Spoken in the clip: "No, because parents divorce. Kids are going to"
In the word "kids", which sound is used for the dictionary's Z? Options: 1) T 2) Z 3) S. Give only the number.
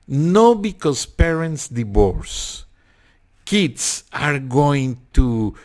3